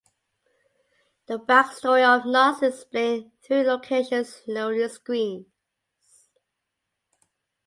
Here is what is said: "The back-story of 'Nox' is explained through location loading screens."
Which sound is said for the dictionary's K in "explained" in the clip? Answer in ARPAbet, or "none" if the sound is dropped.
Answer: none